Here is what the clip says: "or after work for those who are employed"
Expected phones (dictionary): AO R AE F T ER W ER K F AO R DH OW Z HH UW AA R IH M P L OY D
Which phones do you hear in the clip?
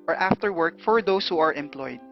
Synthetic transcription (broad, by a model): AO R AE F T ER W ER K F AO R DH OW S HH UW AA R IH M P L OY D